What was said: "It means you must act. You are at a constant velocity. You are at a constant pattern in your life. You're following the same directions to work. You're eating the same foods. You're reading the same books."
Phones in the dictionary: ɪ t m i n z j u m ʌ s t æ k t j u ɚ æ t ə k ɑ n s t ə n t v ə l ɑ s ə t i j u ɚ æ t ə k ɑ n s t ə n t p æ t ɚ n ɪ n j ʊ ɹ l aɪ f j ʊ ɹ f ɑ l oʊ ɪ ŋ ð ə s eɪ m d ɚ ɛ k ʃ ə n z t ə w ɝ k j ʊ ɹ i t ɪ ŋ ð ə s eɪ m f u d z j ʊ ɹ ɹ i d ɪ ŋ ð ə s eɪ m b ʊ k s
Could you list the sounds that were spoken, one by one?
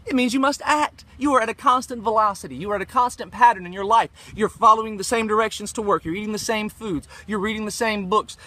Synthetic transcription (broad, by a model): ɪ t m i n z j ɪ m ʌ s t æ k t j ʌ ɚ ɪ t ə k ɑ n s t ə n t v ə l ɑ s ə t i j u ɚ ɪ t ə k ɑ n s t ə n p æ t ɚ n ɪ n j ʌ ɹ l aɪ f j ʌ ɹ f ɑ l oʊ ɪ ŋ ð ə s eɪ m d ɚ ɛ k ʃ ə n z t ə w ɝ k j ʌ ɹ i t ɪ ŋ ð ə s eɪ m f u d z j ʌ ɹ ɹ i d ɪ ŋ ð ə s eɪ m b ʊ k s